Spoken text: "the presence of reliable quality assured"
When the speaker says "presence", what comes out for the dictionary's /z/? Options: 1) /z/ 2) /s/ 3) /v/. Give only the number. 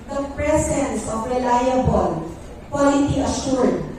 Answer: 2